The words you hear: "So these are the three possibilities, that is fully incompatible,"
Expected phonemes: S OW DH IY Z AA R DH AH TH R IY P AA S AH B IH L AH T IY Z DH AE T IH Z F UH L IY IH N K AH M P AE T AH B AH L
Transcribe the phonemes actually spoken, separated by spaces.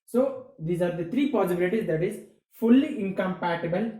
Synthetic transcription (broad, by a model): S OW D IY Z AA R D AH T R IY P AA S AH B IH L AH T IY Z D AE T IH Z F UH L IY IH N K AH M P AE T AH B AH L